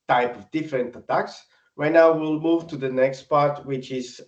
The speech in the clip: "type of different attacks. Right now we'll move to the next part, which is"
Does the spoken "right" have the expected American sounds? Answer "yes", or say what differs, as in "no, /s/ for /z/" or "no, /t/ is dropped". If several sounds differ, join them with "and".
no, /w/ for /ɹ/